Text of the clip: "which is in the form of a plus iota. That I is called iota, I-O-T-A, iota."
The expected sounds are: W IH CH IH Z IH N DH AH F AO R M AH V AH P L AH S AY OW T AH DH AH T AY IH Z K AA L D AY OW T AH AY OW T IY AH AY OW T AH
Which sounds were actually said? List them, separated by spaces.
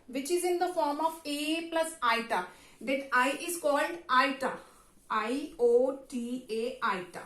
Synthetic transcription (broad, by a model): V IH CH IH Z IH N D AH F AO R M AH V AH P L AH S AY T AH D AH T AY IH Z K AA L D AY T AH AY OW T IY AH AY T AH